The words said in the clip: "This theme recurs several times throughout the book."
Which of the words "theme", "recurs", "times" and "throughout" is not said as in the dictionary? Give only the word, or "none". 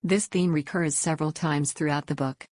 none